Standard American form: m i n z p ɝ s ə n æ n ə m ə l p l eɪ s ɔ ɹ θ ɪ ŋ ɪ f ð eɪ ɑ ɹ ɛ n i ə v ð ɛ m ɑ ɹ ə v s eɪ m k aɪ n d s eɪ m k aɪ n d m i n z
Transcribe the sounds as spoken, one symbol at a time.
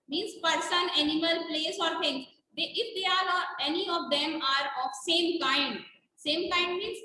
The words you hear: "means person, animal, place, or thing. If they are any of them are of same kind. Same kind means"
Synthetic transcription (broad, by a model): m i n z p ɝ s ə n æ n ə m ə l p l eɪ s ɔ ɹ t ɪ ŋ ɪ f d eɪ ɑ ɹ ɛ n i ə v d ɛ m ɑ ɹ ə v s eɪ m k aɪ n d s eɪ m k aɪ n d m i n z